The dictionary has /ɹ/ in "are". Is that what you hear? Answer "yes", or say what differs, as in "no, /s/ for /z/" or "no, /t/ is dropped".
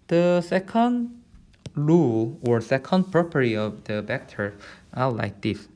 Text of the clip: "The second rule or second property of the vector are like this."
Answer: no, /l/ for /ɹ/